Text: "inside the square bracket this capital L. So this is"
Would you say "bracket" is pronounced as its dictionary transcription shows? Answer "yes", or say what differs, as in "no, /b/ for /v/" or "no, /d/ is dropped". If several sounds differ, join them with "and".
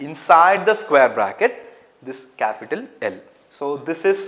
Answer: yes